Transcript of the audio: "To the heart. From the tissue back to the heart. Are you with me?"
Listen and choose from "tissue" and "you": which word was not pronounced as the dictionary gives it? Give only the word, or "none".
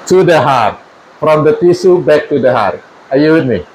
tissue